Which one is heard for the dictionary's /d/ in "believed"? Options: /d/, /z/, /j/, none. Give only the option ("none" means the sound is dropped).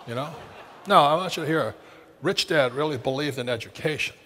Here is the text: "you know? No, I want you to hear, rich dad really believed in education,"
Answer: /d/